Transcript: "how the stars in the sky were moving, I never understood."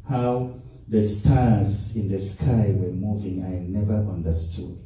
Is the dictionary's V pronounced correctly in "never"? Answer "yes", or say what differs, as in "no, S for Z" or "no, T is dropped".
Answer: yes